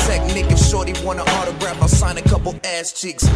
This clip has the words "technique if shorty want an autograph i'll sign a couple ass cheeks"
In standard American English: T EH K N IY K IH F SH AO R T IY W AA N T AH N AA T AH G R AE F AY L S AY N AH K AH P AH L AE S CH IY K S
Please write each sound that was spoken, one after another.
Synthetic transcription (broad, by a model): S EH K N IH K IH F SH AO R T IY W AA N AH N AA T AH G R AE F AY L S AY N AH K AH P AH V AE S CH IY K S